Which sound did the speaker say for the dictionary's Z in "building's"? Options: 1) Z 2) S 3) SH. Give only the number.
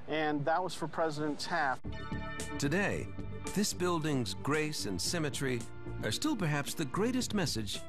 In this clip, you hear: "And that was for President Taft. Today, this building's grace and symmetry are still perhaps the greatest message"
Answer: 1